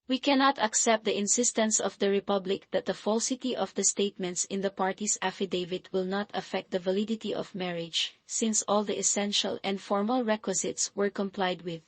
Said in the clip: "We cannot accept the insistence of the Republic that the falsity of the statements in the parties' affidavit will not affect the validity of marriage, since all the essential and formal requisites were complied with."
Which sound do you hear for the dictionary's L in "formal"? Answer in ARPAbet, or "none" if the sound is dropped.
L